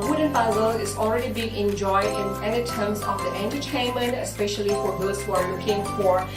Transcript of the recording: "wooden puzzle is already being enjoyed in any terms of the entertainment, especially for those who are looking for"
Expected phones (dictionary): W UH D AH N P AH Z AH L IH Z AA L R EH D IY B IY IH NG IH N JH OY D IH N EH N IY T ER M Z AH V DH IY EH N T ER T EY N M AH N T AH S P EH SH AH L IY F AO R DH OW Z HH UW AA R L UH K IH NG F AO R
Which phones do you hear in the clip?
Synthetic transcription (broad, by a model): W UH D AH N B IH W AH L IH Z AA L R EH D IY B IY IH NG IH N JH OY D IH N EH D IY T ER M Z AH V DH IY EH N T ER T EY N M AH N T AH S P EH SH AH L IY F AO R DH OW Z HH UW AA R L UH K IH NG F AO R